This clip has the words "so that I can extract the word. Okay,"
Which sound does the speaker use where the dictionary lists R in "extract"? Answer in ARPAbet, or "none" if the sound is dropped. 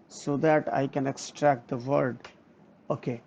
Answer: R